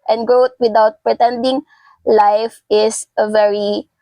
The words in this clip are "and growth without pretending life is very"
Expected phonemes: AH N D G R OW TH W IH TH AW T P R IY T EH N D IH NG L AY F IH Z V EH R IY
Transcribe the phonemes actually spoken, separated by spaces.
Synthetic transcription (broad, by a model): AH N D G R OW T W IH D AW T P R IY T EH N D IH NG L AY F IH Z V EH R IY